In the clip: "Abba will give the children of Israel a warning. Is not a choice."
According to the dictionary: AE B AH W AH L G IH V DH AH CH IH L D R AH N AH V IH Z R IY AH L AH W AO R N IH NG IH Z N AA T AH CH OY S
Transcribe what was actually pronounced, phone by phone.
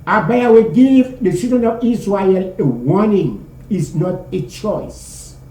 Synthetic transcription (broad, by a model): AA B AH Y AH W G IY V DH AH S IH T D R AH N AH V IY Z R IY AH L AH W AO N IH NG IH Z N AA T AH CH OY S